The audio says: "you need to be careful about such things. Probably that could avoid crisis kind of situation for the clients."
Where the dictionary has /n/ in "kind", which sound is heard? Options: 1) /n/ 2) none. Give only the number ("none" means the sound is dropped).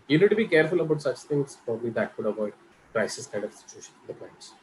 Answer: 2